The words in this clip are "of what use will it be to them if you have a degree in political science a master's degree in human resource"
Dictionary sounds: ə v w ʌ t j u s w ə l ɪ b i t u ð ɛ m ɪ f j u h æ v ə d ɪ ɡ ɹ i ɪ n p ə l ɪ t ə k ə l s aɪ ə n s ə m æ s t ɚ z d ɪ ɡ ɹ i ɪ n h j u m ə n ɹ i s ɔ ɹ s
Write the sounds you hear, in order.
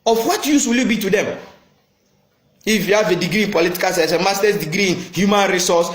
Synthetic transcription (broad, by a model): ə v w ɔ t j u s w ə l ɪ b i t u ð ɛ m ɪ f j u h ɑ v ə d ɪ ɡ ɹ i ɪ n p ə l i t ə k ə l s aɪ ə s ə m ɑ s t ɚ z d ɪ ɡ ɹ i ɪ n h j u m ə n ɹ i s ɔ s